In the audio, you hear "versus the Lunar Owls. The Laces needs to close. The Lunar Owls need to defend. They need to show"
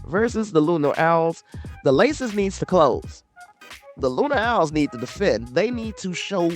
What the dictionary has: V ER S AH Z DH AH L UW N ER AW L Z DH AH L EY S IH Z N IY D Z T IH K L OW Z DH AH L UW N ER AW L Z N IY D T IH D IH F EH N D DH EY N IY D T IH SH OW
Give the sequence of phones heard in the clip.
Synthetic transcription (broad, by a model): V ER S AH Z DH AH L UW N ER AW L Z DH AH L EY S IH Z N IY D Z T IH K L OW Z DH AH L UW N ER AW L Z N IY D T IH D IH F EH N DH EY N IY D T IH SH OW